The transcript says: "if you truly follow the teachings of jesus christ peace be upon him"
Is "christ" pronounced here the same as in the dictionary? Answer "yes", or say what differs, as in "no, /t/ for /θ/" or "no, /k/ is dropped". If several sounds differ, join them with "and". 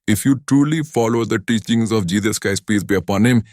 no, /ɹ/ is dropped